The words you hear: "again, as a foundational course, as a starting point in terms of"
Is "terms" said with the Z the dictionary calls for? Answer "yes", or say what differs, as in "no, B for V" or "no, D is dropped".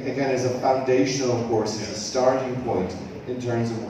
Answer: yes